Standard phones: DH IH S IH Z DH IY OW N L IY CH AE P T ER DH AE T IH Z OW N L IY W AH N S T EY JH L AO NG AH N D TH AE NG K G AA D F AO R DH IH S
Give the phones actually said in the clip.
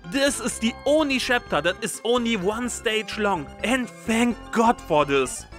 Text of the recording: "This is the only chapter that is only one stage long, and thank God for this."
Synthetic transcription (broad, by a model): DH IH S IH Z DH IY OW N L IY SH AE P T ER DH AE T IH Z OW N L IY W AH N S T EY JH L AO NG AH N D TH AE NG K G AA D F AO R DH IH S